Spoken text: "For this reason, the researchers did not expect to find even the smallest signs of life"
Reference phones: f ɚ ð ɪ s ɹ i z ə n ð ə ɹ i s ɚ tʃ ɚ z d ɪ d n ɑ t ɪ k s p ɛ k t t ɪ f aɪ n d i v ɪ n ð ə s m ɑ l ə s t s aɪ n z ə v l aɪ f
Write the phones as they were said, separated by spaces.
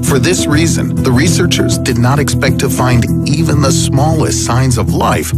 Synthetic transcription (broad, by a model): f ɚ ð ɪ s ɹ i z ə n ð ə ɹ i s ɚ tʃ ɚ z d ɪ d n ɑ t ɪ k s p ɛ k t t ɪ f aɪ n d i v ɪ n ð ə s m ɑ l ə s t s aɪ n z ə v l aɪ f